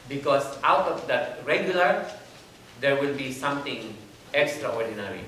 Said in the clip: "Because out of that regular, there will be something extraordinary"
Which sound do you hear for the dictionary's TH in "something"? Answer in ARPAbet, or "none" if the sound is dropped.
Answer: T